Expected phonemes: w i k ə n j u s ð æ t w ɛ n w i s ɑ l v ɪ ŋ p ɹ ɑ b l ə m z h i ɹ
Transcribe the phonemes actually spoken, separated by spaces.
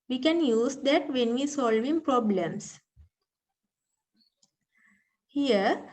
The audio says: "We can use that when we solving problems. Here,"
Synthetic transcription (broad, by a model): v i k ə n j u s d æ t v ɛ n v i s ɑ l v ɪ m p ɹ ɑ b l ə m s h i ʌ